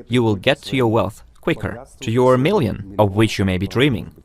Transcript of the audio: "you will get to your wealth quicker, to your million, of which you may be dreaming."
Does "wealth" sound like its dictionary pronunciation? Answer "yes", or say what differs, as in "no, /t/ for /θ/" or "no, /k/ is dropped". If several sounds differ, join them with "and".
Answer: yes